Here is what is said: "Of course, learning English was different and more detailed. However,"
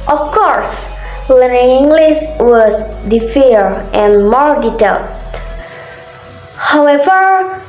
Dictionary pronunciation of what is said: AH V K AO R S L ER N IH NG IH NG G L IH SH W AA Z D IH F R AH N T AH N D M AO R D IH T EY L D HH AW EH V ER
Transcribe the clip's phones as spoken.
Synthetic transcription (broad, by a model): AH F K AO R S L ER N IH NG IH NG G L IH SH W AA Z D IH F AH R T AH N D M AO R D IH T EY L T HH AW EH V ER